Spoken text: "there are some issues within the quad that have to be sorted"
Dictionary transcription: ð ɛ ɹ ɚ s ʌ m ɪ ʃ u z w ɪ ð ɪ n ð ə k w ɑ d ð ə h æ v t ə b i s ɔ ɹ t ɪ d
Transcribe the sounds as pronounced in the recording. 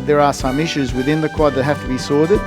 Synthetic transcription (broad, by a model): ð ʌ ɹ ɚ s ʌ m ɪ ʃ u z w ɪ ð ɪ n ð ə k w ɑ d ð ə h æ f t ə b i s ɔ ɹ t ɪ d